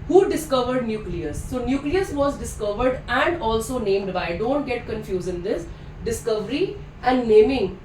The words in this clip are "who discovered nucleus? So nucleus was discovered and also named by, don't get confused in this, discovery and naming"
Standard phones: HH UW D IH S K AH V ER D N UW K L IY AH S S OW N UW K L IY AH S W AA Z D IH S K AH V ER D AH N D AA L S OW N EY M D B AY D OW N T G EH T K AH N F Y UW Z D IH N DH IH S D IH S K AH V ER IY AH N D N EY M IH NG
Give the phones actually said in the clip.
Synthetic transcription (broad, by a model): HH UW D IH S K AH V ER D N UW K L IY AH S S OW N UW K L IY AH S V AA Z D IH S K AH V ER D AH N D AA L S OW N EY M D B AY D OW N T G EH T K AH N F Y UW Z IH N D IH S D IH S K AH V ER IY AH N D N EY M IH NG